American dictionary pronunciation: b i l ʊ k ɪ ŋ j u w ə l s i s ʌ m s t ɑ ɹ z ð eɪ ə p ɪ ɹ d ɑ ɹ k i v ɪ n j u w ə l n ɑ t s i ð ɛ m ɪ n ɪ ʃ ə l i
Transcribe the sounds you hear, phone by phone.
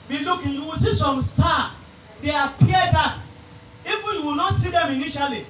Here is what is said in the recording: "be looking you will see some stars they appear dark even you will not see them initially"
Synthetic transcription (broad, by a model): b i l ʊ k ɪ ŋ j u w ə s i s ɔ m s t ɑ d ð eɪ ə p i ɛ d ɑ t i f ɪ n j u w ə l n ɑ t s i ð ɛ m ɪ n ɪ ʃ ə l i